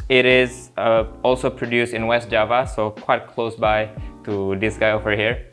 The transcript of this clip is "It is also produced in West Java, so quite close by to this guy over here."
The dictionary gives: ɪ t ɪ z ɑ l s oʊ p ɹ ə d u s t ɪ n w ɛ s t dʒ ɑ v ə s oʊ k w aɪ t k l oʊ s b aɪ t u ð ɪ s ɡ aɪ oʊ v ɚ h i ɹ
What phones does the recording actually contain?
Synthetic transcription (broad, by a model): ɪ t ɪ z ɑ l s oʊ p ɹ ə d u s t ɪ n w ɛ s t dʒ ɑ v ə s oʊ k w aɪ t k l oʊ s b aɪ t u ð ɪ s ɡ aɪ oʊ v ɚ h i ɹ